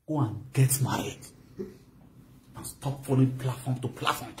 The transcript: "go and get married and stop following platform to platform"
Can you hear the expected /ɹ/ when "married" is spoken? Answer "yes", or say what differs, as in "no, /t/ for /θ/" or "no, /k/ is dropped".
no, /ɹ/ is dropped